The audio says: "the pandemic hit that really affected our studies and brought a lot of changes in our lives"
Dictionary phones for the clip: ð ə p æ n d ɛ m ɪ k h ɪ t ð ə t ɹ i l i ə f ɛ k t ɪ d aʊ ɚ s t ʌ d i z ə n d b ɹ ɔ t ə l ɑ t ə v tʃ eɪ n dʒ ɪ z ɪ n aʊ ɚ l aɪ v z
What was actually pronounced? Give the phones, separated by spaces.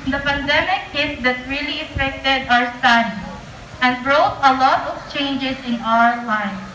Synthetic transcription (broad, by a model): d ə p æ n d ɛ m ɪ k h ɪ t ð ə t ɹ i l i ə f ɛ k t ɪ d aʊ ɚ s t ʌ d i ə n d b ɹ ɔ t ə l ɑ t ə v tʃ eɪ n dʒ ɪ s ɪ n aʊ ɚ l aɪ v